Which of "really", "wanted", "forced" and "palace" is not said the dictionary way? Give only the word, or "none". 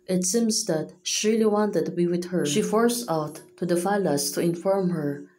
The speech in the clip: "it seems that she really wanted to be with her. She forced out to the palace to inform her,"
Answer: palace